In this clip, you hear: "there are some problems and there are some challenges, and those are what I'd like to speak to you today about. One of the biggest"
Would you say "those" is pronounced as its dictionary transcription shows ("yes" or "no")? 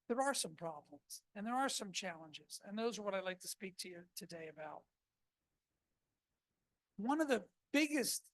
yes